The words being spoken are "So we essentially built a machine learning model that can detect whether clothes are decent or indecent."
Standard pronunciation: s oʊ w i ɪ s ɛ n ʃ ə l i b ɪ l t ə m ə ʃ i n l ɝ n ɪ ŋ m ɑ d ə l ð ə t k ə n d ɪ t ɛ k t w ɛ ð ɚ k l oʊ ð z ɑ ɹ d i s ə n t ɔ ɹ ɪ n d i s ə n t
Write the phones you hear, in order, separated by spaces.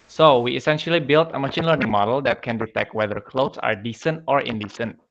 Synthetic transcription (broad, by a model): s oʊ w i ɪ s ɛ n ʃ ə l i b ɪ l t ə m ə ʃ i n l ɝ n ɪ ŋ m ɑ d ə l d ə t k ə n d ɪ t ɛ k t w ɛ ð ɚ k l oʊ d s ɑ ɹ d i s ə n t ɔ ɹ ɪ n d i s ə n t